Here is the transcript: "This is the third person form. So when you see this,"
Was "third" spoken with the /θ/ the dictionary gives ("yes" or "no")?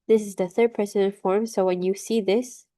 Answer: yes